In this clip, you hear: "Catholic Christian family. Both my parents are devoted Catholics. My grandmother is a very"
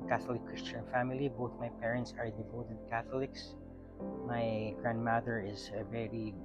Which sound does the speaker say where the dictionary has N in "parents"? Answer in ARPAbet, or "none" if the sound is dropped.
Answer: N